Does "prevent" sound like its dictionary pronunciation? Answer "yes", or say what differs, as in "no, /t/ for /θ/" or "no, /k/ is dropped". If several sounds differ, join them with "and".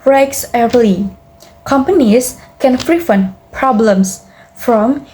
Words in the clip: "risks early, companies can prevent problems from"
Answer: no, /f/ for /p/ and /f/ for /v/